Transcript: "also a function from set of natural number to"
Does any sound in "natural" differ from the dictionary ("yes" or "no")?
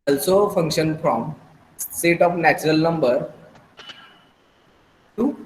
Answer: no